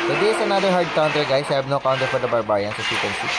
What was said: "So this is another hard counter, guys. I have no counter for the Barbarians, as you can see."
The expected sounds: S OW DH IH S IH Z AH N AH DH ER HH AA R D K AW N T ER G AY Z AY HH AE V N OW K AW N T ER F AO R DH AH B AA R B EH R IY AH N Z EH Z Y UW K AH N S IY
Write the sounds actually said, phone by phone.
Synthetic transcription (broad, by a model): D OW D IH IH S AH N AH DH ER HH AA R D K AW N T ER G AY S AY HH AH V N OW K AW N T ER F AO R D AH B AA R B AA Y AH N S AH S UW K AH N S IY